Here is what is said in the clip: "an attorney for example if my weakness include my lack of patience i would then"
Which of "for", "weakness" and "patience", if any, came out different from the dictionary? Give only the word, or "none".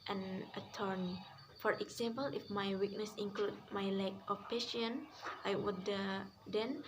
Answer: patience